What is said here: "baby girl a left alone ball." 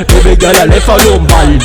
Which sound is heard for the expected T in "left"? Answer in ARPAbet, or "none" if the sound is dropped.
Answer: none